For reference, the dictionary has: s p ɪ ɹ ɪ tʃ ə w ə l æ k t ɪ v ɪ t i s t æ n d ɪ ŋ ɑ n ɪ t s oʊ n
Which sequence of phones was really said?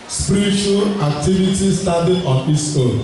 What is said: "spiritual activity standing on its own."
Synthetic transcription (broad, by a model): s p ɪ ɹ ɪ tʃ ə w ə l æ k t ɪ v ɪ t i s t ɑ d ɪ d ɑ n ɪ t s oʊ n